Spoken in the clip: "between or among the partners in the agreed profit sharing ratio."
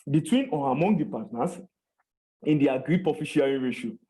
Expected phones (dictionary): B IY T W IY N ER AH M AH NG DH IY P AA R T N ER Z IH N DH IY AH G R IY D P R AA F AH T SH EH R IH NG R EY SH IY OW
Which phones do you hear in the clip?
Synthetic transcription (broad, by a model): B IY T W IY N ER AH M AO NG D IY P AA T N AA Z IH N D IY AH G R IY D P AA F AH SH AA R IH R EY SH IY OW